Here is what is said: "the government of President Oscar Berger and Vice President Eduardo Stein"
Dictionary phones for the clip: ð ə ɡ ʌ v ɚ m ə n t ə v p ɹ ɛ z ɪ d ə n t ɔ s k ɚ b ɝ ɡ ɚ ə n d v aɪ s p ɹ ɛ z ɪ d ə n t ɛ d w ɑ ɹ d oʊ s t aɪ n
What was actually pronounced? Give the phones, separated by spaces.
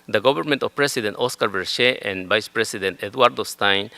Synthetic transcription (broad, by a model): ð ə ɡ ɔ b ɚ m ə n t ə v p ɹ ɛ s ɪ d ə n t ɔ s k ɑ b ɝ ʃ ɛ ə n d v aɪ s p ɹ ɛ s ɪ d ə n t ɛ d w ɑ ɹ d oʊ s t aɪ n